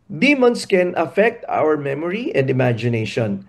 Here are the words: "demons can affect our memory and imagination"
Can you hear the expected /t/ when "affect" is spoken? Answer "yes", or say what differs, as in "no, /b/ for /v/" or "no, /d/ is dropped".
yes